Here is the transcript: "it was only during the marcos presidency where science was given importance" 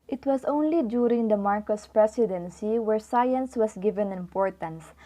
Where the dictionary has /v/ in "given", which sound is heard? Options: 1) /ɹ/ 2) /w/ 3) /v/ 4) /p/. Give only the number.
3